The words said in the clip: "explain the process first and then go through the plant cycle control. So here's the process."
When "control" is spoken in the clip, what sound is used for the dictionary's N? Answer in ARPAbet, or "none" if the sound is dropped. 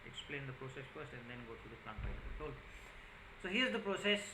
none